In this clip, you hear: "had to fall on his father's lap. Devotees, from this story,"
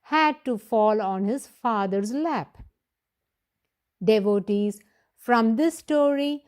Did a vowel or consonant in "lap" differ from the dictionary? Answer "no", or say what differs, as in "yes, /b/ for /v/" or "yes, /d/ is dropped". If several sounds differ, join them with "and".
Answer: no